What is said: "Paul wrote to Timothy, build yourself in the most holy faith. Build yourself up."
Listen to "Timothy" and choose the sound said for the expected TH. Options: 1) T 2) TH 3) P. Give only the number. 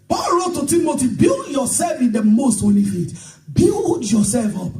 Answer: 1